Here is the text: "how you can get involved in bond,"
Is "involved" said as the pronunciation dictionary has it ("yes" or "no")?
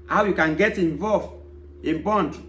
no